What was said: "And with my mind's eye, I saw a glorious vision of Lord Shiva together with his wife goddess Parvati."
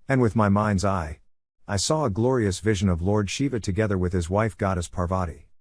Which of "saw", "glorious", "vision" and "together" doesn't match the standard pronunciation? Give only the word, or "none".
none